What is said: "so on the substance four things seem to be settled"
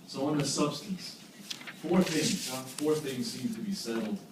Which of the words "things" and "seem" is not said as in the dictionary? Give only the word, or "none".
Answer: none